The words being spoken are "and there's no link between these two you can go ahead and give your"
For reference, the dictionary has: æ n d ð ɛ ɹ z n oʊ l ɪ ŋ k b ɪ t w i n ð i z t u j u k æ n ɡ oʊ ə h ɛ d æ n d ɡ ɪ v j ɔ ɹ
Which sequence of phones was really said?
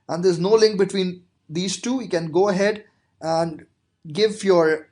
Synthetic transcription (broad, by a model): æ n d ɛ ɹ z n oʊ l ɪ ŋ k b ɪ t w i n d i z t u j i k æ n ɡ oʊ ə h ɛ d æ n d ɡ ɪ v j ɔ ɹ